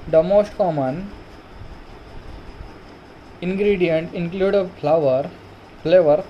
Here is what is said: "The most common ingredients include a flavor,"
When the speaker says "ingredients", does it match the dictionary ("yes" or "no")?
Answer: no